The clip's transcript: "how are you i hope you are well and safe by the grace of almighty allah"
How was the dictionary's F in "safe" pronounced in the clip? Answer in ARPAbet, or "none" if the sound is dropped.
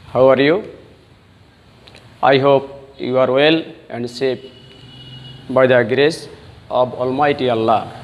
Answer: P